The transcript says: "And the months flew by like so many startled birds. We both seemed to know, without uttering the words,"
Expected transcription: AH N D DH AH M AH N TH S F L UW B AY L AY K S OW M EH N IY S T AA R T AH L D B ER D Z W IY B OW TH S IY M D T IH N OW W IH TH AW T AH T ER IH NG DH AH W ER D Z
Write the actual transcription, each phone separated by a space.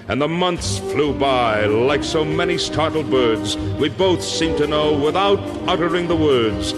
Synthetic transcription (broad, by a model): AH N DH AH M AH N TH S F L UW B AY L AY K S OW M EH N IY S T AA R T L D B ER D Z W IY B OW TH S IY M T IH N OW W IH TH AW T AH T ER IH NG DH AH W ER D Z